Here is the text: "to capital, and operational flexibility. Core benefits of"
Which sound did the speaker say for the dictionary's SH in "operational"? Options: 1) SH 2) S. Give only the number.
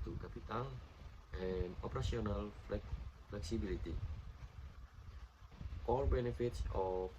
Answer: 2